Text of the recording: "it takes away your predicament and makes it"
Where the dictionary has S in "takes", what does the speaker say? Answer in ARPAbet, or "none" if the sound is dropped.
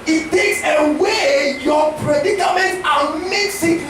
S